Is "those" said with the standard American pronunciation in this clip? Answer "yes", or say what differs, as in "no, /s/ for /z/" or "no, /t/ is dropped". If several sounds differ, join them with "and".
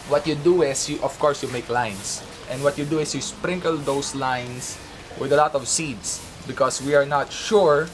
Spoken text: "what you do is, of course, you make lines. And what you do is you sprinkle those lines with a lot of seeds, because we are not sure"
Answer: no, /s/ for /z/